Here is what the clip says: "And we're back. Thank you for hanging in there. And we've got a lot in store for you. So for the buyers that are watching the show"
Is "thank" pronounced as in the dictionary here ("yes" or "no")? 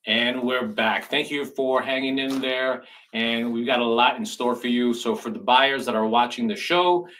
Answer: yes